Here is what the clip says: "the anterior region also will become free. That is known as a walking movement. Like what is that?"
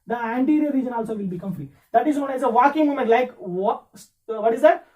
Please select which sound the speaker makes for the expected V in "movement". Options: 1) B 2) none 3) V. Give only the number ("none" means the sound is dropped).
2